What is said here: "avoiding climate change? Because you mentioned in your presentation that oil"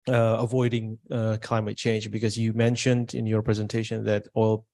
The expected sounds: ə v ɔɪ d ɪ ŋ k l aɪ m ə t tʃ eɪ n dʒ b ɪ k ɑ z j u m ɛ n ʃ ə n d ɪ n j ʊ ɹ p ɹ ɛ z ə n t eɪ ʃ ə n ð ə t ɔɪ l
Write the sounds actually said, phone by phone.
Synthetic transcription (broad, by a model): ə v ɔɪ d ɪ ŋ k l aɪ m ə t tʃ eɪ n dʒ b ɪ k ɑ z j u m ɛ n ʃ ə n d ɪ n j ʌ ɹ p ɹ ɛ z ə n t eɪ ʃ ə n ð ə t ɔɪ l